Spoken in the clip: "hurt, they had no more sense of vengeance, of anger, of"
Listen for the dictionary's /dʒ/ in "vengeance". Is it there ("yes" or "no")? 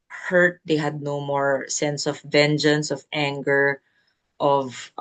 yes